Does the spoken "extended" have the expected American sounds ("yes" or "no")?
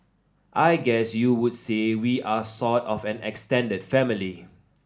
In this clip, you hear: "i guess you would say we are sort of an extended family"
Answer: yes